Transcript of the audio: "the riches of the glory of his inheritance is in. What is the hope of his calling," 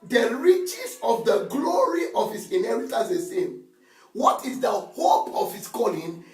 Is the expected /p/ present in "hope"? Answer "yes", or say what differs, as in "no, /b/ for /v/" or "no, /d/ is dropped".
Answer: yes